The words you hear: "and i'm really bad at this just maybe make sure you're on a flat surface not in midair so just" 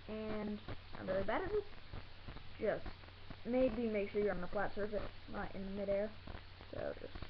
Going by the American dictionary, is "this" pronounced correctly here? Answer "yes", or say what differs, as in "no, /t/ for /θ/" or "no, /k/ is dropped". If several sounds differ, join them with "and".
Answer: no, /s/ is dropped